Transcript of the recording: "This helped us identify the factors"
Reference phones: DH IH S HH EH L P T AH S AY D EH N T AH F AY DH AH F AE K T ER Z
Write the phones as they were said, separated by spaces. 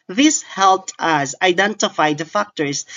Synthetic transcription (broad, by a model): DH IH S HH EH L P T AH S AY D EH N T AH F AY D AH F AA K T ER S